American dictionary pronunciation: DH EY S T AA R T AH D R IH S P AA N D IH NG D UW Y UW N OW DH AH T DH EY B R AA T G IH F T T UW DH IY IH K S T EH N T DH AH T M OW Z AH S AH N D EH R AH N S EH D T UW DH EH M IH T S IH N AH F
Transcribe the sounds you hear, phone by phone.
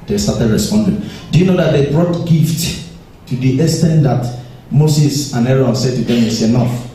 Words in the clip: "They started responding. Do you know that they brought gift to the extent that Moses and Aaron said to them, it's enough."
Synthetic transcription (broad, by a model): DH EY S T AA T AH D R IH S P AA N D IH NG D UW Y UW N OW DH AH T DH EY B R AA T G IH F T T UW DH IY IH S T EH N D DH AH T M OW S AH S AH N EH R AH N S EH D T UW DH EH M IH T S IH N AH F